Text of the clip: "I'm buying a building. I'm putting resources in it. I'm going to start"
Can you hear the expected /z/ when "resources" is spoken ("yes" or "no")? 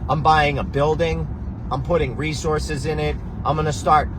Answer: yes